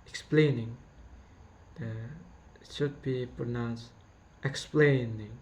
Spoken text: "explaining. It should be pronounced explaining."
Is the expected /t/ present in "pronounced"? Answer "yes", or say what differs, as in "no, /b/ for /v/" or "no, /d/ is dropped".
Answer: yes